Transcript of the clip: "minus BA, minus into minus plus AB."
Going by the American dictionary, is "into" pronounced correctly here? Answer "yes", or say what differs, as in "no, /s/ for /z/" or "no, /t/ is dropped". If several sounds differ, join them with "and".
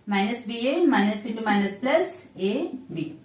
no, /n/ is dropped